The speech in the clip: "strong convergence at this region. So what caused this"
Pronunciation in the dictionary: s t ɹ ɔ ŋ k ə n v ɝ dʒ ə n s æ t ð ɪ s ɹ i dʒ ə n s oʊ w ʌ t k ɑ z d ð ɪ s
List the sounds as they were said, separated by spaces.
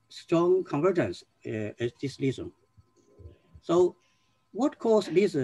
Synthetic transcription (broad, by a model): s t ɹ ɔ ŋ k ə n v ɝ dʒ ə n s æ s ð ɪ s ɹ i z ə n s oʊ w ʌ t k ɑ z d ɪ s